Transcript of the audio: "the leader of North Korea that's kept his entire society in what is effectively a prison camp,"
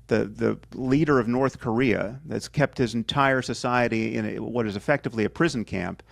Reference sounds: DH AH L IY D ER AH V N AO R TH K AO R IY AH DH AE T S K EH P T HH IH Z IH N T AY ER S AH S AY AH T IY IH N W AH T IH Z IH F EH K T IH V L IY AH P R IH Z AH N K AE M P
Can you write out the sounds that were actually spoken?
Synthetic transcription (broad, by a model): DH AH L IY D ER AH V N AO R TH K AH R IY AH DH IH T S K EH P T HH IH Z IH N T AY ER S AH S AY AH T IY IH N W AH T IH Z IH F EH K T IH V L IY AH P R IH Z N K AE M P